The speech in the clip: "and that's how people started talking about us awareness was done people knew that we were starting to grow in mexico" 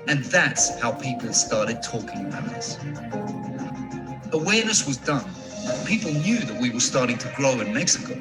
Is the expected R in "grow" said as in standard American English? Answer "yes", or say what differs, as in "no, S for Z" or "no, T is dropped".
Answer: no, L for R